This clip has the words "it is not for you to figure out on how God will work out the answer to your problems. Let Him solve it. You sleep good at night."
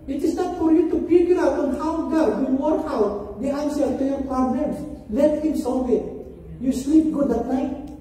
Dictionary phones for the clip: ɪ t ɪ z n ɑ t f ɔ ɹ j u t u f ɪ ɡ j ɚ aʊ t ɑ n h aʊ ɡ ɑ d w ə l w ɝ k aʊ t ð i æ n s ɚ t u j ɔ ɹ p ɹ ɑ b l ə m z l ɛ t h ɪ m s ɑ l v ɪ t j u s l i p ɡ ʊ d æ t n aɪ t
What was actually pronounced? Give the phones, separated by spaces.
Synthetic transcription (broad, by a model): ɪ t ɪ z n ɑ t f ɔ ɹ j u t u p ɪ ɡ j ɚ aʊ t ɑ n h aʊ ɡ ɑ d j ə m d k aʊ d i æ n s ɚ t u j ɔ ɹ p ɑ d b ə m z l ɛ t h ɪ m s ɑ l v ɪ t j u s l i p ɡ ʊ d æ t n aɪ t